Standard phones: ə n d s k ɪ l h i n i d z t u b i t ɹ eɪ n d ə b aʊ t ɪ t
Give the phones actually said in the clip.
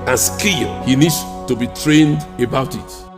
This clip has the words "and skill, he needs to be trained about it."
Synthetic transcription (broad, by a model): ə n s k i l h i n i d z t u b i t ɹ eɪ n d ə b aʊ t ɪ t